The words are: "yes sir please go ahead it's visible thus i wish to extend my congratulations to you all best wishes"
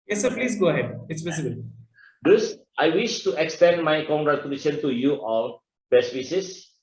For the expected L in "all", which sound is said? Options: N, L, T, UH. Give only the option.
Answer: N